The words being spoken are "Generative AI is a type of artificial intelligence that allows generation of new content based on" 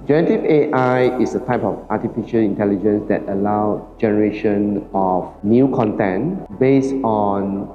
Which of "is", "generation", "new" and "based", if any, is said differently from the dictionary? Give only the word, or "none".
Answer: is